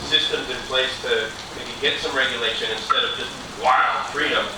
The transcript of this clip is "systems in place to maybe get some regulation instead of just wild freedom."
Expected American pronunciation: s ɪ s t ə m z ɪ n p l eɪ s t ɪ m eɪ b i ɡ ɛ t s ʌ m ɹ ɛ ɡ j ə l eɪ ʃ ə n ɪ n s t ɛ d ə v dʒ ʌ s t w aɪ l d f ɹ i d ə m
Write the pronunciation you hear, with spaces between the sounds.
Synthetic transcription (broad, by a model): s ɪ s t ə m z ɪ n p l eɪ s t ɪ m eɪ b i ɡ ɛ t s ʌ m ɹ ɛ ɡ j ə l eɪ ʃ ə n ɪ n s t ɛ d ə v dʒ ʌ s t w aɪ l d f ɹ i d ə m